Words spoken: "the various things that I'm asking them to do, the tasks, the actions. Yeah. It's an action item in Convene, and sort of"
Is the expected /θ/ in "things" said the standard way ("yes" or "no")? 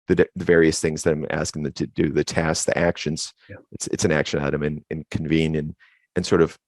yes